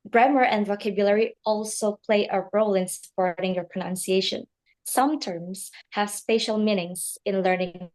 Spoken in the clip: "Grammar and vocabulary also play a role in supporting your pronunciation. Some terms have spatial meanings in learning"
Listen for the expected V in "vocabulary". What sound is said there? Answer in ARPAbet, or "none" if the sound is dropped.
V